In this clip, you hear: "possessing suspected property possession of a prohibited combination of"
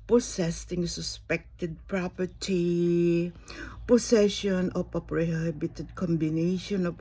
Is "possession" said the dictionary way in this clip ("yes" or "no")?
no